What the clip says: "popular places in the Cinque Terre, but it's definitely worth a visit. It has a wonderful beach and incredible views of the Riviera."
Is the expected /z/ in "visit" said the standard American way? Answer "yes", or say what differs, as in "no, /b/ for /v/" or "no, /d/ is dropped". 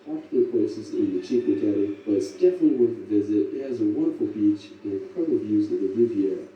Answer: yes